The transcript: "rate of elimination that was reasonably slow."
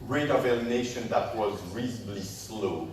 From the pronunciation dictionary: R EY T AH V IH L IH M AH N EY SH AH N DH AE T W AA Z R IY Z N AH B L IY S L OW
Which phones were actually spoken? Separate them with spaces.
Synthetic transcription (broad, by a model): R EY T AH V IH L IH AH N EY SH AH N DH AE T W AA Z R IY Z AH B L IY S L OW